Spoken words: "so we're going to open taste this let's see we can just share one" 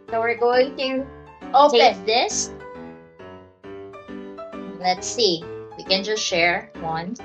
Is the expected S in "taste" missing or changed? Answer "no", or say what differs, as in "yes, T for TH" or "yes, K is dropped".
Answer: yes, S is dropped